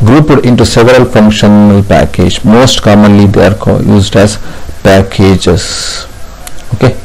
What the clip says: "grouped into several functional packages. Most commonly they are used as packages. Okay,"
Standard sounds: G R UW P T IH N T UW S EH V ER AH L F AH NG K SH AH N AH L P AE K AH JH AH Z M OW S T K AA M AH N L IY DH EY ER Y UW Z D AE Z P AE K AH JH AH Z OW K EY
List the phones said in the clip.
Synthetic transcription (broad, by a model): G R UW P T IH N T UW S EH V ER AH L F AH NG K SH AH N AH L P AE K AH JH M OW S T K AA M AH N L IY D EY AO Y UW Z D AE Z P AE K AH JH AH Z OW K EY